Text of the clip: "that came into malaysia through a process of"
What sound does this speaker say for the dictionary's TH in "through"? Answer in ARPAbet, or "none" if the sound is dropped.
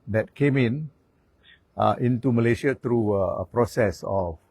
T